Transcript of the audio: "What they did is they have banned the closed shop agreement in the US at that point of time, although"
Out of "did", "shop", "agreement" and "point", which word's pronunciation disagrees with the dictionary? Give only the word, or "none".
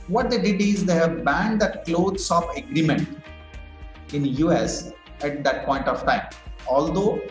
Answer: shop